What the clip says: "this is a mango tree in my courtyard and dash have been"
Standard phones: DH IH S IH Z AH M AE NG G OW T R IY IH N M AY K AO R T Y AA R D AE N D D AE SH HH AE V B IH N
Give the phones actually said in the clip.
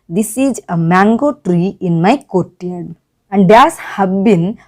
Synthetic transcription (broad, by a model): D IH S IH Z AH M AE NG G OW T R IY IH N M AY K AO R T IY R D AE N D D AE S HH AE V B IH N